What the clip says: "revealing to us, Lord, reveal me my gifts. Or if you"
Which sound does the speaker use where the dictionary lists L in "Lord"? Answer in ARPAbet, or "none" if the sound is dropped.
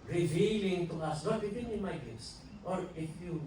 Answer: N